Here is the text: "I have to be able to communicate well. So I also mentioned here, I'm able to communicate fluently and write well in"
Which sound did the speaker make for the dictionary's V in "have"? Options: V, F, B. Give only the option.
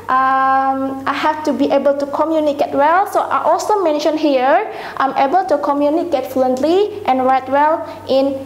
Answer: F